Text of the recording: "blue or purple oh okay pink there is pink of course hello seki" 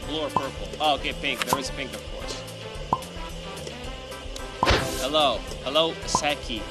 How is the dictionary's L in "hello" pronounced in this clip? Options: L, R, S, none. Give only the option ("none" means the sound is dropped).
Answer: L